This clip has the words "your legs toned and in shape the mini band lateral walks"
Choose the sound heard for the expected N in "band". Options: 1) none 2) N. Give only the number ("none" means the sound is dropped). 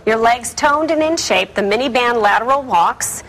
2